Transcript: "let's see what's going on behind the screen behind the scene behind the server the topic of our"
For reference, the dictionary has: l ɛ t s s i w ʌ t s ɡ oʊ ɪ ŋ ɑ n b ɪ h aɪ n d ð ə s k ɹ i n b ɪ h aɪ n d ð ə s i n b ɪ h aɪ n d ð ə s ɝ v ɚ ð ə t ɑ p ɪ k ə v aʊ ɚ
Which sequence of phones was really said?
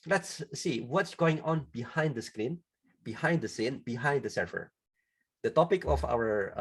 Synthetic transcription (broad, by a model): l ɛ t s s i w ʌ t s ɡ oʊ ɪ ŋ ɑ n b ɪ h aɪ n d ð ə s k ɹ i n b ɪ h aɪ n d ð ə s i n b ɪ h aɪ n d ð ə s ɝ f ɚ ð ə t ɑ p ɪ k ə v aʊ ɚ